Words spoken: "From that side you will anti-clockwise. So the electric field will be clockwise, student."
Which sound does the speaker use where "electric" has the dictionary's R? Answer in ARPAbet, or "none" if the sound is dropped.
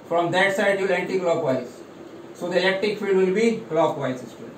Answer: none